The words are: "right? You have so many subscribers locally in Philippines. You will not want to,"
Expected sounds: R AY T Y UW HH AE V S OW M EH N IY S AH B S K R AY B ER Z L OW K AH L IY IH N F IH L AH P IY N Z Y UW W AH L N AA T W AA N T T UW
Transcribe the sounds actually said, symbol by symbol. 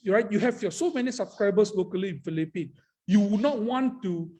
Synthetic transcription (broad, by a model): R AY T Y UW HH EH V S OW M EH N IY S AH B S K R AY B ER S L OW K AH L IY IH N F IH L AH P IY N Y UW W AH N AA T W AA N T T UW